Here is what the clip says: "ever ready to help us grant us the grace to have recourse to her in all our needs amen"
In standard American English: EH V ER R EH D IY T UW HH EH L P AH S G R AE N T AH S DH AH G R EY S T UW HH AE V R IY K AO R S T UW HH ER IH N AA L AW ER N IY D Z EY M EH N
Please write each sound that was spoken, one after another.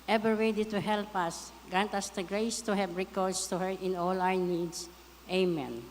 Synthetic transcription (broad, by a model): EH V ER W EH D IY T UW HH EH L P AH S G R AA N T AH S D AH G R EY S T UW HH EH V R IY K AO R S T UW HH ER IH N AA L AW ER N IY D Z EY M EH N